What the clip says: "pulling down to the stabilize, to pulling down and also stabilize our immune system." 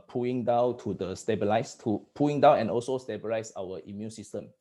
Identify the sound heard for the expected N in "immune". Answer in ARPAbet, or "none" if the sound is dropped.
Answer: N